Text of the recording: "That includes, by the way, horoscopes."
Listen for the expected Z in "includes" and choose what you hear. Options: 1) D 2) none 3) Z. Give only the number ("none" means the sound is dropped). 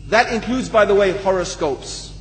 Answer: 3